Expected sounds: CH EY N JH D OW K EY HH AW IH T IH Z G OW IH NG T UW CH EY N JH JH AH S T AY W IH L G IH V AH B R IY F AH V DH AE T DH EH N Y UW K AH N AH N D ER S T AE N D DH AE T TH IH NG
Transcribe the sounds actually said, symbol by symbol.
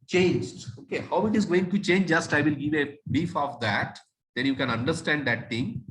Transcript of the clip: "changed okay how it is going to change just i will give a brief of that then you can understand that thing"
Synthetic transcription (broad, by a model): CH EY N JH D OW K EY HH AW IH T IH Z G OW IH NG T UW CH EY N JH JH AH S T AY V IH L G IH V AH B IY F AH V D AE T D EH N Y UW K AH N AH N D ER S T AE N D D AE T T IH NG